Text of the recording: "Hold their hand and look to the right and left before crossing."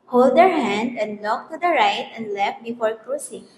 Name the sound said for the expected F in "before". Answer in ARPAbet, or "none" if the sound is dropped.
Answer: F